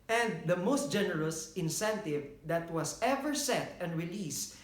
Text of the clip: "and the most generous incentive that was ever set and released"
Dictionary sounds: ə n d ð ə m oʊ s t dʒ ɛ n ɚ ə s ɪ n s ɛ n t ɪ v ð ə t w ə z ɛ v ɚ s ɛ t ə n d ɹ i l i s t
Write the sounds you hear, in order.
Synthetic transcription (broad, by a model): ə n d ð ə m oʊ s t dʒ ɛ n ɚ ə s ɪ n s ɛ n t ɪ v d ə t w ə s ɛ v ɚ s ɛ t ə n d ɹ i l i s